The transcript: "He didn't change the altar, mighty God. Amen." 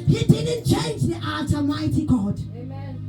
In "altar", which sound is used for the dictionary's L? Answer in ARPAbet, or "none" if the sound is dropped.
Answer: none